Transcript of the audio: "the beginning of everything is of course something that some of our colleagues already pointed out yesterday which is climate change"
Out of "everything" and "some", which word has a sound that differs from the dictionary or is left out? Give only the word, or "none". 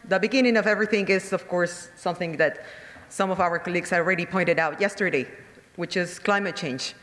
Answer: none